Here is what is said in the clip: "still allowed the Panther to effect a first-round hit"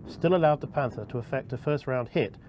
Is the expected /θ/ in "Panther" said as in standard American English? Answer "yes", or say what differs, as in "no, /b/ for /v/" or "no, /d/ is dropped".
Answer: yes